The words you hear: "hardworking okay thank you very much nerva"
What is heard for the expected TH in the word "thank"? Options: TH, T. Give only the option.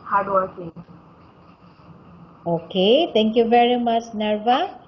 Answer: T